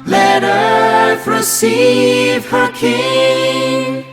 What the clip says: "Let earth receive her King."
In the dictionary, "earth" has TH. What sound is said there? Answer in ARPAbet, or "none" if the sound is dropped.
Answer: F